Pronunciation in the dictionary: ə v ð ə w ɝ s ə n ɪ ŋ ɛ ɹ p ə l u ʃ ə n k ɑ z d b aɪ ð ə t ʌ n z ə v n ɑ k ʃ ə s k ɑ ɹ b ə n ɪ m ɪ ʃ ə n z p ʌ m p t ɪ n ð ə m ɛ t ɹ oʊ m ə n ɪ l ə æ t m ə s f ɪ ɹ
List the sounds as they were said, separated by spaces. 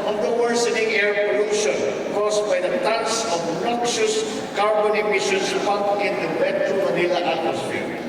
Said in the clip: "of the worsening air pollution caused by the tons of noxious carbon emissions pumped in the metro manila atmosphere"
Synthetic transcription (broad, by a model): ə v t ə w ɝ s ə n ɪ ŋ ɛ ɹ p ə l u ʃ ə n k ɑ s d b aɪ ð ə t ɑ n s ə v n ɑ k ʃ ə s k ɑ ɹ b ə n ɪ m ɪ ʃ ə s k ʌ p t ɪ n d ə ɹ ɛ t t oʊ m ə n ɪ l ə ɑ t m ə s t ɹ